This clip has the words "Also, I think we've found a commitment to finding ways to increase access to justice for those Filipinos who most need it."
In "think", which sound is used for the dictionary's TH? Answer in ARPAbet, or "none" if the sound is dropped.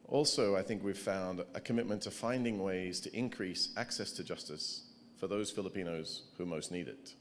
TH